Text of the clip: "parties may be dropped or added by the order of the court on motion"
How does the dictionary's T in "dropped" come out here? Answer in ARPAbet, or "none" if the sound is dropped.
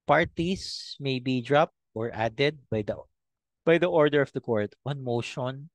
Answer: T